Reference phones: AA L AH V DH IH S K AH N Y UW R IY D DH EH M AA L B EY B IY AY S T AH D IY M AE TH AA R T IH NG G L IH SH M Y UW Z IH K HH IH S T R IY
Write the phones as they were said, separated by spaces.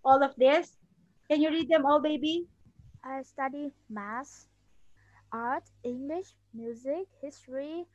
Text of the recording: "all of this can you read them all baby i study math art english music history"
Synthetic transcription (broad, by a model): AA L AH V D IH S K AH N Y UW R IY D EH M AA L B EY B IY AY S T AH D IY M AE S AA R T IH NG G L IH SH M Y UW Z IH K HH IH S T R IY